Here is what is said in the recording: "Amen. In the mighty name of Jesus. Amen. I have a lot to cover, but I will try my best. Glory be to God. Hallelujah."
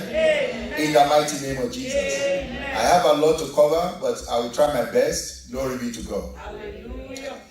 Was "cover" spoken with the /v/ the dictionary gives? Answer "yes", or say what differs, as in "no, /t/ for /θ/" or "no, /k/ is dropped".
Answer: yes